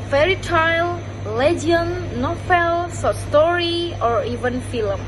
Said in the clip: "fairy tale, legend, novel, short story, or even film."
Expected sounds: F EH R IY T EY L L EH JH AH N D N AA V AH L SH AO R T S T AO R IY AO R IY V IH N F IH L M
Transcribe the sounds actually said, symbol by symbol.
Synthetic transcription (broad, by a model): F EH R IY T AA L L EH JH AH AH N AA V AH L S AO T S T AO R IY AO R IY V IH N F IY L M